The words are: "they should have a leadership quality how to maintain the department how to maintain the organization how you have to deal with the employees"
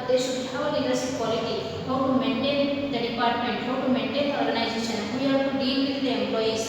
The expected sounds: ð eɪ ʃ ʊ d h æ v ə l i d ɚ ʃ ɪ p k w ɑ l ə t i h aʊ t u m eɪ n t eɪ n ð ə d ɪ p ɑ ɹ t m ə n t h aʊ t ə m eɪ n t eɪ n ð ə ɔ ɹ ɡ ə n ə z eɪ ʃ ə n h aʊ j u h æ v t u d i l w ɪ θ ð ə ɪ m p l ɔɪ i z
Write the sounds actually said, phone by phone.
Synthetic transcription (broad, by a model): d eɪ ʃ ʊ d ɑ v ə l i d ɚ s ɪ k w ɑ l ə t i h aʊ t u m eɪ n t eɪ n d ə d ɪ p ɑ ɹ t m ə n t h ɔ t m eɪ n t eɪ n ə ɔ ɹ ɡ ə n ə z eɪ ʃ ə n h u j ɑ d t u d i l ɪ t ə m p l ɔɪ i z